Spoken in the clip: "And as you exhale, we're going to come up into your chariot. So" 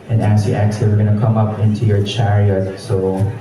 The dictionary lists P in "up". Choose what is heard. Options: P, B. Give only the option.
P